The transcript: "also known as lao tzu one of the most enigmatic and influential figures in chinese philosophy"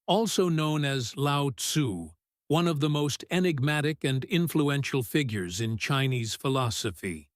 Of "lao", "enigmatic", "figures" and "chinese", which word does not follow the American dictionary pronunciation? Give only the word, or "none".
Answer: none